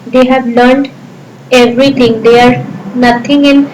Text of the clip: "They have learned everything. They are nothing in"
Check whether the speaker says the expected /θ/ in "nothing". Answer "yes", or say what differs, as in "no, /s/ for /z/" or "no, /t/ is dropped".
no, /t/ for /θ/